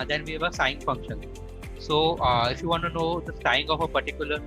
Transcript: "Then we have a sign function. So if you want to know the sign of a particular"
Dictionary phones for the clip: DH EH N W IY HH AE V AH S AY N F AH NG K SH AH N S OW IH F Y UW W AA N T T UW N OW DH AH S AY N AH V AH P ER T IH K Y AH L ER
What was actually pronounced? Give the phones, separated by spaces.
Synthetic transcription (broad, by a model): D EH N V IY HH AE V AH S AY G F AH NG K SH AH N S OW IH F Y UW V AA N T T UW N OW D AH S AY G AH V AH P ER T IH K Y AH L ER